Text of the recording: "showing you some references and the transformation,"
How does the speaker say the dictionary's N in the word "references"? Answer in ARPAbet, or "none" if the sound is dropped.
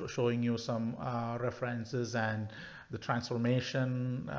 N